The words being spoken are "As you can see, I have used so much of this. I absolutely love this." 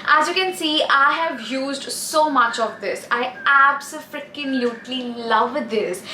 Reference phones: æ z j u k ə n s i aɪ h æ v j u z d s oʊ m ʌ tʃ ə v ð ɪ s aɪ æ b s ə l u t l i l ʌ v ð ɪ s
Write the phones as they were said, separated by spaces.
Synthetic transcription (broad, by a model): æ z j u k ə n s i aɪ h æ v j u z d s oʊ m ʌ tʃ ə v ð ɪ s aɪ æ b s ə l u t l i l ʌ v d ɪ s